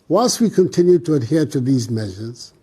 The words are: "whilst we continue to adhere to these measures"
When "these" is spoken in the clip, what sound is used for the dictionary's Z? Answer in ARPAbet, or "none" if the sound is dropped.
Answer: Z